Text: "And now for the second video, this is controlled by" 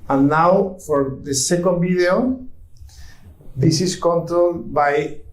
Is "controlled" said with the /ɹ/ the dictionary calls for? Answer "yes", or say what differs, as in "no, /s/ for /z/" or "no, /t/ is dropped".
no, /ɹ/ is dropped